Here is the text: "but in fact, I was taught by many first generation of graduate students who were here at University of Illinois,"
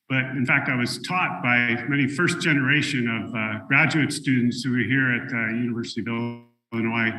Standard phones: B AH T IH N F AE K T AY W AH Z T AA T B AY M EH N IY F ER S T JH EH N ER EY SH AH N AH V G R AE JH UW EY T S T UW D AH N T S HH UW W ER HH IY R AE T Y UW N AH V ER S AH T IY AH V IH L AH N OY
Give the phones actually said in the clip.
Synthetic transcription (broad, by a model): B AH T IH N F AE K T AY W AH Z T AA T B AY M EH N IY F ER S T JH EH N ER EY SH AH N AH V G R AE JH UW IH T S T UW D N T S HH UW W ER HH IY R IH T Y UW N AH V ER S AH T IY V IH L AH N OY